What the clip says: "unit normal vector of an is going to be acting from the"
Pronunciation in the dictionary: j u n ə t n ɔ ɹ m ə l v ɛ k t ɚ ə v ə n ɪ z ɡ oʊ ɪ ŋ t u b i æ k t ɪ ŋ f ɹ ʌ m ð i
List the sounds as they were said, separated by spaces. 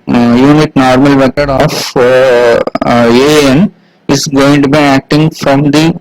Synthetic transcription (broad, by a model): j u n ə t n ɔ ɹ m ə l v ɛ k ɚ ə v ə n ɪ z ɡ oʊ ɪ ŋ t u b i æ k t ɪ ŋ f ɹ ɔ m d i